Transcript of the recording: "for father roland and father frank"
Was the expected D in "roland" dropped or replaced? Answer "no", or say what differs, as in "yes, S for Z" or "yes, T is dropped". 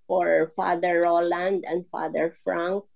no